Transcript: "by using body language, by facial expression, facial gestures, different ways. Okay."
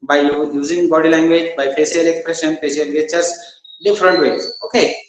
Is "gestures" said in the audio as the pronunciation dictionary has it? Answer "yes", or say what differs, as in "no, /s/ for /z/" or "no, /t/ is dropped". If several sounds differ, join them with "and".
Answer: no, /s/ is dropped